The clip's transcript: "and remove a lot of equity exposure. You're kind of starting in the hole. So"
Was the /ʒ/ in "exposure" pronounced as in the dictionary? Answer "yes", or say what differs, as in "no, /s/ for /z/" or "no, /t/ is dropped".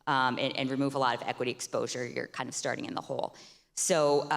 yes